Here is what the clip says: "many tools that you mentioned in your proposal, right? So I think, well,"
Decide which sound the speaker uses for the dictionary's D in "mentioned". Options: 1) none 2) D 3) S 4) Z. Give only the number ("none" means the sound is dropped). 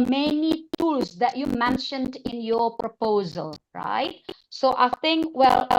2